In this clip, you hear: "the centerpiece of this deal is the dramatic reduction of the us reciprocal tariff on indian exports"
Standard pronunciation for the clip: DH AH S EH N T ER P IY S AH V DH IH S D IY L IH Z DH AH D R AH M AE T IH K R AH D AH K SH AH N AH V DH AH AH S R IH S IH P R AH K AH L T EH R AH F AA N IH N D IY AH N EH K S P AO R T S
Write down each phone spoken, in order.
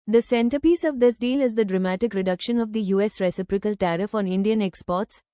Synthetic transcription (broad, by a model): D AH S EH N T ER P IY S AH V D IH S D IY L IH Z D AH D R AH M AE T IH K R AH D AH K SH AH N AH V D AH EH S R IH S IH P R AH K AH L T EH R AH F AA N IH N D IY AH N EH K S P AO R T S